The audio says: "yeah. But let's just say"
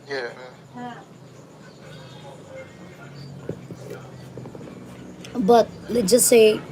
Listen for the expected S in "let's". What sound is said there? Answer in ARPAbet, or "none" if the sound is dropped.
none